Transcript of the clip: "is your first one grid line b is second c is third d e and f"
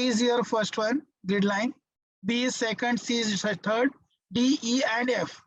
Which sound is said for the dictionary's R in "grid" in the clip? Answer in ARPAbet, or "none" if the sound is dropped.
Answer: none